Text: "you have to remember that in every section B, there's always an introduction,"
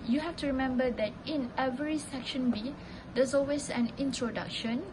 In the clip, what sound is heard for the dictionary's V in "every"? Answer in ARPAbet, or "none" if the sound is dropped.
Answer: V